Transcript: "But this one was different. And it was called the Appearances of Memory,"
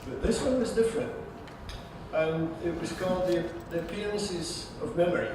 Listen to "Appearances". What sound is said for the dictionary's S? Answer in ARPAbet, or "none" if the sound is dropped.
S